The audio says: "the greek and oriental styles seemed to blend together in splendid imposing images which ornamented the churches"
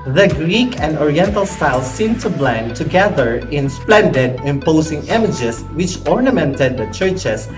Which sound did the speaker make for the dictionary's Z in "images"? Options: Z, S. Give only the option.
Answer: S